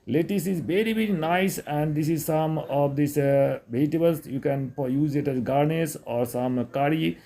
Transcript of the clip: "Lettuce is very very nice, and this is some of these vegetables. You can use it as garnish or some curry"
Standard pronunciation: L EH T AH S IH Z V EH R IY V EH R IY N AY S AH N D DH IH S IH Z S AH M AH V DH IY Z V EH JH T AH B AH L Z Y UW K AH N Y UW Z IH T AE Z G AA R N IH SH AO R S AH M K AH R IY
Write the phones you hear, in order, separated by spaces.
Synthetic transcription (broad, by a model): L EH T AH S IH Z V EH R IY V EH R IY N AY S AH N D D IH S IH Z S AH M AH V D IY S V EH T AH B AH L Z Y UW K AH N Y UW Z IH T AE Z G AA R N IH S AO R S AH M K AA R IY